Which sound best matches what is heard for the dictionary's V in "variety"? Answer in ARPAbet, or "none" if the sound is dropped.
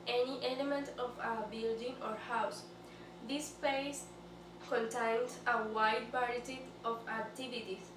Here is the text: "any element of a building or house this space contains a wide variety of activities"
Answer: P